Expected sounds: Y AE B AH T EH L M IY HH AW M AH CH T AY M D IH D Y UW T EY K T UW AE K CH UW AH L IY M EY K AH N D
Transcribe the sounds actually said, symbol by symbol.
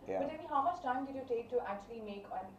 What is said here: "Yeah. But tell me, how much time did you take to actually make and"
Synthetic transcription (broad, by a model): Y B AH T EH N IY HH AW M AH S T AY M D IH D Y UW T EY K T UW AE K CH UW AH L IY M EY K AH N